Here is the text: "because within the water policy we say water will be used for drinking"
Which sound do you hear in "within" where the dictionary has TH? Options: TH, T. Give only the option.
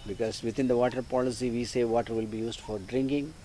T